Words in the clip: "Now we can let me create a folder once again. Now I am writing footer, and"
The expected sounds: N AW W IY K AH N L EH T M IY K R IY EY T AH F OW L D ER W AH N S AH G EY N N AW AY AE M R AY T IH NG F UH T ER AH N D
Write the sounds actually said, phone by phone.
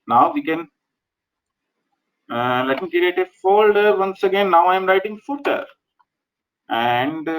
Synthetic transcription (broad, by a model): N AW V IY K AH N L EH T M IY K R IY EY T AH F OW L D ER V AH N S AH G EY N N AW AY M R AY T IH NG F UH T ER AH N D